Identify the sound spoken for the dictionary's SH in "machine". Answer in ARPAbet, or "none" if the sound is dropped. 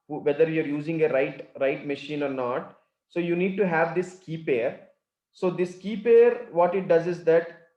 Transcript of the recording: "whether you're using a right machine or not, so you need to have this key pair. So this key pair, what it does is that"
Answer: SH